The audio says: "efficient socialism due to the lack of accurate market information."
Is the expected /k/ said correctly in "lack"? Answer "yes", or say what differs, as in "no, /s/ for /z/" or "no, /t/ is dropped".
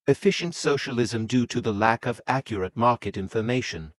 yes